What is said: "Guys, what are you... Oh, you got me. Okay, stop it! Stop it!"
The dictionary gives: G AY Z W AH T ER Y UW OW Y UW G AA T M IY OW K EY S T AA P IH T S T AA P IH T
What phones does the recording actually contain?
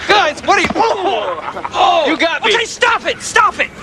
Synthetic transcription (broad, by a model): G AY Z W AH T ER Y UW OW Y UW G AA T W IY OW IH S T AA P IH T S T AA P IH T